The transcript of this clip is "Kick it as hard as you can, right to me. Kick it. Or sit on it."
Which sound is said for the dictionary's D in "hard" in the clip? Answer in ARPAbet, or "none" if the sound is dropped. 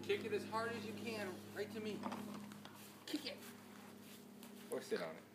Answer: D